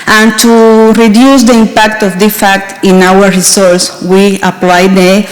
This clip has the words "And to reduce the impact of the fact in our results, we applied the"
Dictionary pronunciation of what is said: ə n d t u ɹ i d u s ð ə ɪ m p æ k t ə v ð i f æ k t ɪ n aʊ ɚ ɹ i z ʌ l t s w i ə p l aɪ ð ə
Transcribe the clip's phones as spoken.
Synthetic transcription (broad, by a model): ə n t u ɹ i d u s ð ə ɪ m p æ k t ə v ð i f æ k t ɪ n aʊ ɚ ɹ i s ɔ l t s w i ə p l aɪ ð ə